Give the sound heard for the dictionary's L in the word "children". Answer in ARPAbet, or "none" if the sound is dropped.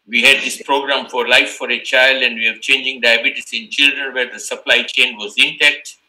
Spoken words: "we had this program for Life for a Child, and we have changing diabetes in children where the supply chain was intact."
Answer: L